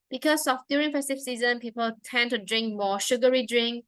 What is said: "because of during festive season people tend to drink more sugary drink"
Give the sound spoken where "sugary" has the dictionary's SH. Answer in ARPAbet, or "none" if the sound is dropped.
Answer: SH